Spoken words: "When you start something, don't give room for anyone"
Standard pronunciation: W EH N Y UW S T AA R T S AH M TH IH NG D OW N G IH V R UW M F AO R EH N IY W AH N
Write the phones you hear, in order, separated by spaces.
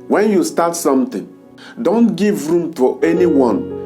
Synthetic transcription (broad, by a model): W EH N Y UW S T AA T S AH M T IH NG D OW N G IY V R UW M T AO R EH N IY W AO N